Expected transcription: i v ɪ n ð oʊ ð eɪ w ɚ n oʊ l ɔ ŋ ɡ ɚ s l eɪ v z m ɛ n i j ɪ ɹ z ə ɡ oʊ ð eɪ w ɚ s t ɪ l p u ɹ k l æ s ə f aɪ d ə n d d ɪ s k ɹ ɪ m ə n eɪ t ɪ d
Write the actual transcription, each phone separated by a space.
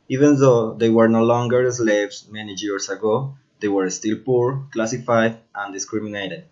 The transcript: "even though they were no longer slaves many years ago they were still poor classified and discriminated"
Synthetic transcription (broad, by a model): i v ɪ n ð oʊ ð eɪ w ɚ n oʊ l ɔ ŋ ɡ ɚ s l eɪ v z m ɛ n i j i ɹ s ə ɡ oʊ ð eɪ w ɚ s t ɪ l p u ɹ k l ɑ s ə f aɪ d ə n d d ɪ s k ɹ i m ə n eɪ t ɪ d